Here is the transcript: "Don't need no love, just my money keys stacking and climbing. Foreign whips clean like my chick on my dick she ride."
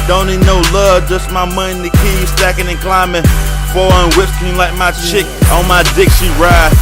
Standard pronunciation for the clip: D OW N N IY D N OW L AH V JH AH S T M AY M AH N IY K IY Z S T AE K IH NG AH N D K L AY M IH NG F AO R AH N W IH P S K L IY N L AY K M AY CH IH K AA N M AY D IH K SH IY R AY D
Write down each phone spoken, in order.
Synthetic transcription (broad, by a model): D OW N N IY D N OW L AH V JH AH S T M AY M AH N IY K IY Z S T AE K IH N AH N K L AY M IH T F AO L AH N W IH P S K IY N L AY K M AY CH IH K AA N M AY D IH K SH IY R AY